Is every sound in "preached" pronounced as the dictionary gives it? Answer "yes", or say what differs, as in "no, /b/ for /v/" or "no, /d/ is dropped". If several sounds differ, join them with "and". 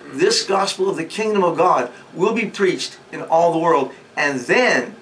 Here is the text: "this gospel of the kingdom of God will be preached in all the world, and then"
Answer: yes